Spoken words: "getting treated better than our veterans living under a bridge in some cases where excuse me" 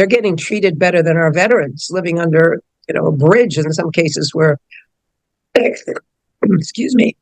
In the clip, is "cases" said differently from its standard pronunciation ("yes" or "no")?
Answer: no